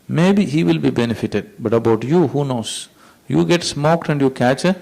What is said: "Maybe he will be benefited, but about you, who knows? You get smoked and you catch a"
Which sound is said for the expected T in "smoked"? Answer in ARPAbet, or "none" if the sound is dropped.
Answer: T